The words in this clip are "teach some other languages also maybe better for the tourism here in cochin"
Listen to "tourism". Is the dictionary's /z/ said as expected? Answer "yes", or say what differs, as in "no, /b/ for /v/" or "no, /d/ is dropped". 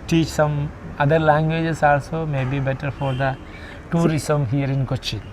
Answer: no, /s/ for /z/